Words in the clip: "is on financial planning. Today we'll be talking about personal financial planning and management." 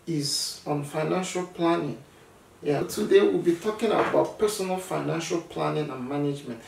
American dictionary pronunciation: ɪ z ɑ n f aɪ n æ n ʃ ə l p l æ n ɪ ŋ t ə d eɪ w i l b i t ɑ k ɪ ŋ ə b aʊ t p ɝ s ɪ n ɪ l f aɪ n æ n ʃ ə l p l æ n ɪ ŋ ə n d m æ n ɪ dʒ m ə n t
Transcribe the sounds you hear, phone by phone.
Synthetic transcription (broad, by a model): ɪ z ɑ n f aɪ n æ n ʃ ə l p l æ n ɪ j t ə d eɪ w i l b i t ɑ k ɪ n ə b aʊ t p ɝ s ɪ n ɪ l f aɪ n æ n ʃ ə l p l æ n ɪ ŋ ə n m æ n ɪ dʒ m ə n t